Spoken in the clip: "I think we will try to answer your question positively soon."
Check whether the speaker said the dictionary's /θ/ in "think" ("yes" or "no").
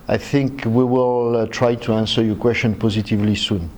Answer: yes